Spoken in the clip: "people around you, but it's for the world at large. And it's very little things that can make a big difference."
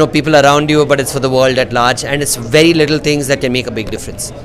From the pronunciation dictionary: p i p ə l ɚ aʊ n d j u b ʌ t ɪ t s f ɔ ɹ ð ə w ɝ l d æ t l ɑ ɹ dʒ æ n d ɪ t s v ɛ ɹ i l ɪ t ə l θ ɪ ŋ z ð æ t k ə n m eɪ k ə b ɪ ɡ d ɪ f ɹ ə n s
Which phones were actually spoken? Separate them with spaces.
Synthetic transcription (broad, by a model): p i p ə l ɚ aʊ n d j u b ʌ t ɪ t s f ɔ ɹ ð ə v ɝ l d æ t l ɑ ɹ dʒ æ n d ɪ t s v ɛ ɹ i l ɪ t ə l t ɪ ŋ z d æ t k ə n m eɪ k ə b ɪ ɡ d ɪ f ɹ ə n s